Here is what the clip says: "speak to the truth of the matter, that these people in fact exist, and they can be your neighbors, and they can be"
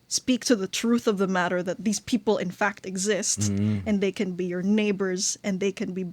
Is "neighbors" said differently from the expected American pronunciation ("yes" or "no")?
no